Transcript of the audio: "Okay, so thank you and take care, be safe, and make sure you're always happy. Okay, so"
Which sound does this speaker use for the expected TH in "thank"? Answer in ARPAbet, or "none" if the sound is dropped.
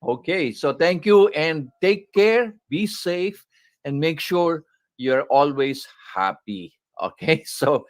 T